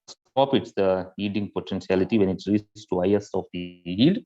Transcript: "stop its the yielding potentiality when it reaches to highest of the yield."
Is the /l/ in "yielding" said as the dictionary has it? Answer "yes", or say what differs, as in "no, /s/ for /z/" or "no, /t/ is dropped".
no, /l/ is dropped